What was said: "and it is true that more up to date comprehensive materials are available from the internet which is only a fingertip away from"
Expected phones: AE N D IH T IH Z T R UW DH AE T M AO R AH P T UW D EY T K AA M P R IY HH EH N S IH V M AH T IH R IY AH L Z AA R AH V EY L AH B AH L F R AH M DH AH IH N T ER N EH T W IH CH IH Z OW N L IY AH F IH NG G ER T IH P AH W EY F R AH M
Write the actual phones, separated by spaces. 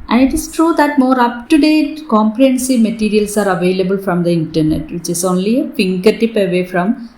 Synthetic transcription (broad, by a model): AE N D IH T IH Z T R UW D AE T M AO R AH P T UW D EY T K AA M P R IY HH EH N S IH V M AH T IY R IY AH L S AA R AH V EY L AH B AH L F R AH M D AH IH N T ER N EH T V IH CH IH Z OW N L IY AH F IH NG G ER T IH P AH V EY F R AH M